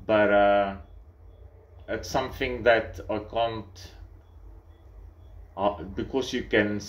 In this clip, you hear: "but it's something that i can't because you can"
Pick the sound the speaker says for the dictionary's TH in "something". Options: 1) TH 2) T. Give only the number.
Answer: 1